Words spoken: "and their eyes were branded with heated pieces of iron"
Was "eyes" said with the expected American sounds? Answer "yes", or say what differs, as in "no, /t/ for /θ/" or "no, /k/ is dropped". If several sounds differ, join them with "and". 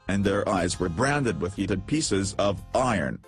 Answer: yes